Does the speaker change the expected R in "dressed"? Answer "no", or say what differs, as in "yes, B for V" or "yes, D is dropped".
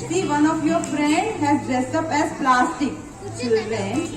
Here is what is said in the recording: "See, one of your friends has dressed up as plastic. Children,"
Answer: yes, R is dropped